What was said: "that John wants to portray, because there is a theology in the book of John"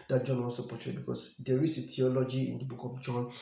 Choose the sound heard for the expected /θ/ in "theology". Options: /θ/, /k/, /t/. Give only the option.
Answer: /t/